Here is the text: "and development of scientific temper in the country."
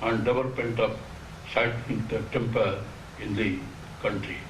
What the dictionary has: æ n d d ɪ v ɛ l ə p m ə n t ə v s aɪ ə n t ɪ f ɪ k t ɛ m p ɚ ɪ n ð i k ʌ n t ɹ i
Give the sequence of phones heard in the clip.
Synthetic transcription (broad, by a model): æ n d d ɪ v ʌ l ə p m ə n t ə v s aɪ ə t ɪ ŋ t t ɛ m p ɚ ɪ n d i k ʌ n t ɹ i